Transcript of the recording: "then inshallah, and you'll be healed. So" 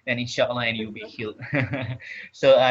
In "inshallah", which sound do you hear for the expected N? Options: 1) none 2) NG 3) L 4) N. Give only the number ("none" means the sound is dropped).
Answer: 1